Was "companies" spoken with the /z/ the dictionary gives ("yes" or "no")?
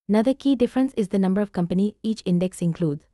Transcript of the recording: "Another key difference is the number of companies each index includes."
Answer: no